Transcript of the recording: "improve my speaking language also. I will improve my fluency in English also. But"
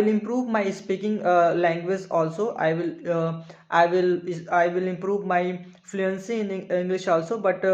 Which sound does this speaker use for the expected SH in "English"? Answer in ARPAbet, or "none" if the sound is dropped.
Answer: SH